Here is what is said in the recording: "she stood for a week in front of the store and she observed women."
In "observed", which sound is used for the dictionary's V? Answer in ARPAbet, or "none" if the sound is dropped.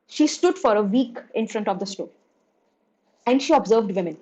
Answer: V